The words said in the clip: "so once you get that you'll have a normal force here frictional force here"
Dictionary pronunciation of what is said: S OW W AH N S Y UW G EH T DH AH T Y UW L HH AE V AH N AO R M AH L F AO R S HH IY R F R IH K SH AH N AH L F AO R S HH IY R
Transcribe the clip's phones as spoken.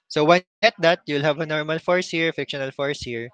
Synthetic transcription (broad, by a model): S OW W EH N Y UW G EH T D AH T Y UW L HH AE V AH N AO R M AH L F AO R S HH IY R F IH K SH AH N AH L F AO R S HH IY R